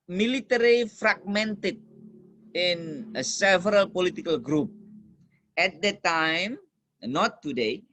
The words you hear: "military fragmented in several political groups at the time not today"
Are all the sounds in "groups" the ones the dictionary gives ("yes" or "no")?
no